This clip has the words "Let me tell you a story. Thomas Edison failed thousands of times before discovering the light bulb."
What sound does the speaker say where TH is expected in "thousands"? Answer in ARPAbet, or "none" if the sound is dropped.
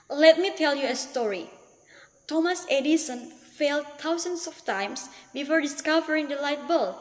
T